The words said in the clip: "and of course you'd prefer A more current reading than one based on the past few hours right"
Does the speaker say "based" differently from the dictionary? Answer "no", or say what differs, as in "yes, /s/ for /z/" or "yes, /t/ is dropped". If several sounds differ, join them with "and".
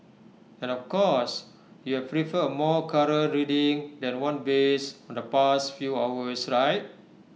yes, /t/ is dropped